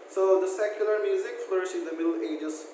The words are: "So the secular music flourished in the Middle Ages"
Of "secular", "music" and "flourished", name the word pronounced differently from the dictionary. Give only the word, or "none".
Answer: flourished